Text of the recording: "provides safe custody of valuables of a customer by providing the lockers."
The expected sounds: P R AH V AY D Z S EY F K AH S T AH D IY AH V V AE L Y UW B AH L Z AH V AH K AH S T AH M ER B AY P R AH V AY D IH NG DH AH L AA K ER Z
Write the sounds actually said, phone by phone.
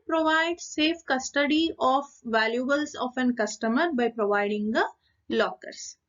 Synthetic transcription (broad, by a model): P R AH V AY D S EY F K AH S T AH D IY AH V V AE L Y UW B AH L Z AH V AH K AH S T AH M ER B AY P R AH V AY D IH NG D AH L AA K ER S